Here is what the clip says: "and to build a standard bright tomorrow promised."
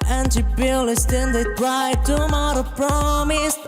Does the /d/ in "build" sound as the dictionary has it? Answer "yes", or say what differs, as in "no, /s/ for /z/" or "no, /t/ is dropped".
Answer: no, /d/ is dropped